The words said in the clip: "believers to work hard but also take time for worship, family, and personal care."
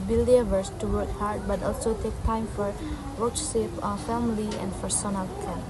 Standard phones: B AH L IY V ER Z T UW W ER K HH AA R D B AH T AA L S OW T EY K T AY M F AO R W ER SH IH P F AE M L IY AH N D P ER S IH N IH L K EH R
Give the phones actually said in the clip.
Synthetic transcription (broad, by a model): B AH L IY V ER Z T UW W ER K HH AA R D B AH T AA L S OW T EY K T AY M F AO R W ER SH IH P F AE M L IY AH N D F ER S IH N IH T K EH